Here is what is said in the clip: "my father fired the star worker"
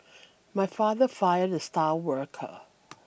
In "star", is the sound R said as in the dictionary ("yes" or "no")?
no